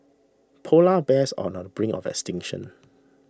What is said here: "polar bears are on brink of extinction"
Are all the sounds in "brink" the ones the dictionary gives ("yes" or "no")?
no